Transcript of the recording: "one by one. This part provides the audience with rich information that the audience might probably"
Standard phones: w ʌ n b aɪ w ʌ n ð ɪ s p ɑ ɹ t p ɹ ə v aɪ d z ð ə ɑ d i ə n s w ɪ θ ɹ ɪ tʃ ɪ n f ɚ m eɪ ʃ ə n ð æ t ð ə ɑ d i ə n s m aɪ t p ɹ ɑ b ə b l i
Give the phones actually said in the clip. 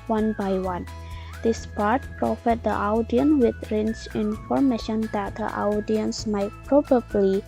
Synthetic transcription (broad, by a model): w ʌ n b aɪ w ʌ n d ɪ s p ɑ ɹ t p ɹ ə f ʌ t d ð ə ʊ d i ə n w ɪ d ɹ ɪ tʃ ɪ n f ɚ m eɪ ʃ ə n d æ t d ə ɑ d i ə n s m aɪ t p ɹ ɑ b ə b l i